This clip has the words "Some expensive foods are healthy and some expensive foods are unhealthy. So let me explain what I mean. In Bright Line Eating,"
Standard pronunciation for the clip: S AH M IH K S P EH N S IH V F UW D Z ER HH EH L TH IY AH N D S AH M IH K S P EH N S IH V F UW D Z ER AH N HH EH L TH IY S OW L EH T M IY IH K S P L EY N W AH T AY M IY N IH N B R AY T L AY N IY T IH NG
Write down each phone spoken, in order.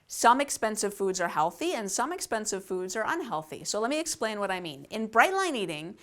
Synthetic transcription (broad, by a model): S AH M IH K S P EH N S IH V F UW D Z ER HH EH L TH IY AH N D S AH M IH K S P EH N S IH V F UW D Z ER AH N HH EH L TH IY S OW L EH T M IY IH K S P L EY N W AH T AY M IY N IH N B R AY T L AY N IY T IH NG